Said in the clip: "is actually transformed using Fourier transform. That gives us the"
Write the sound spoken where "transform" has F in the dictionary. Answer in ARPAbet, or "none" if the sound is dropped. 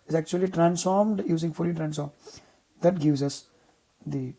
none